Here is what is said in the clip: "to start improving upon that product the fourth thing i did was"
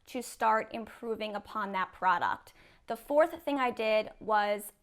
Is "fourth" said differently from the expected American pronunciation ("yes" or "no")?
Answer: no